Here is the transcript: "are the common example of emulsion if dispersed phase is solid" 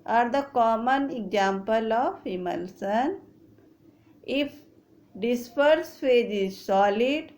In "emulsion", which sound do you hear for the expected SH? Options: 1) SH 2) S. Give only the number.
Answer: 2